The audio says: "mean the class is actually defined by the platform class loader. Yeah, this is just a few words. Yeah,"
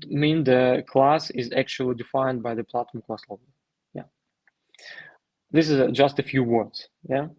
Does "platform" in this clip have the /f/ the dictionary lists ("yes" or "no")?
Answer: no